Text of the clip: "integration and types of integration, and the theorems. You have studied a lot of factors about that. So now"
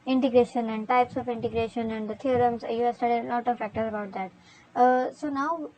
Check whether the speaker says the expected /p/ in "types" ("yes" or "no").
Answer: yes